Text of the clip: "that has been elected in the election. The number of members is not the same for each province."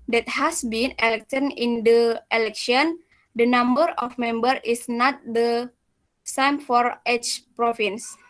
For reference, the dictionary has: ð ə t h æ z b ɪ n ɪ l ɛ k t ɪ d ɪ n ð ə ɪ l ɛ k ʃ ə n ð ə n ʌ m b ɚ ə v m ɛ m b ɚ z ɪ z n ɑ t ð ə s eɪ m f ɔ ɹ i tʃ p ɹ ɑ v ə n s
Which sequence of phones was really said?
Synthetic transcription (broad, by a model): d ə t h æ s b ɪ n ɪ l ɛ k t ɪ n ɪ n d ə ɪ l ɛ k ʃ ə n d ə n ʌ m b ɚ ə f m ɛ m b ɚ ɪ s n ɑ t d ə s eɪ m f ɔ ɹ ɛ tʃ p ɹ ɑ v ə n s